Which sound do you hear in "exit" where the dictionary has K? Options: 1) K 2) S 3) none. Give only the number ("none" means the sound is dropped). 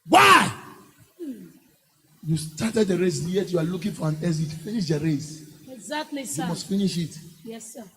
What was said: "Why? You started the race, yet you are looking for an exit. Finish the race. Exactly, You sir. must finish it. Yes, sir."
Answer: 3